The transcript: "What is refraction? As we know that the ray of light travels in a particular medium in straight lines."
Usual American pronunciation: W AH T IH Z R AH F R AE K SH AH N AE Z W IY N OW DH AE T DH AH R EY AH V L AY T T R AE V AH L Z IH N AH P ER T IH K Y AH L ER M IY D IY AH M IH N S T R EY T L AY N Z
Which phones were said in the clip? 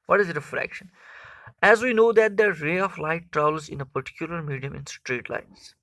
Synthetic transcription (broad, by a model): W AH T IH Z R AH F R AE K SH AH N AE Z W IY N OW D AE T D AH R EY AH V L AY T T R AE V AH L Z IH N AH P ER T IH K Y AH L ER M IY D IY AH M IH N S T R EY T L AY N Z